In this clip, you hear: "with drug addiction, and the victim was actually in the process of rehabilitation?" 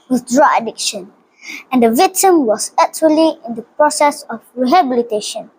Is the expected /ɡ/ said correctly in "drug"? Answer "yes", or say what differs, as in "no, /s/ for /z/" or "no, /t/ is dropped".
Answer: no, /ɡ/ is dropped